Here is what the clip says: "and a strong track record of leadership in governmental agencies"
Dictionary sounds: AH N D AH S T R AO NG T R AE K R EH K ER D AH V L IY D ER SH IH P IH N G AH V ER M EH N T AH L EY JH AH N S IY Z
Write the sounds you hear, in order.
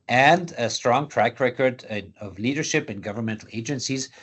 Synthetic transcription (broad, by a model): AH N D AH S T R AO NG T R AE K R EH K ER D AH V L IY D ER SH IH P IH N G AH V ER M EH N T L EY JH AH N S IY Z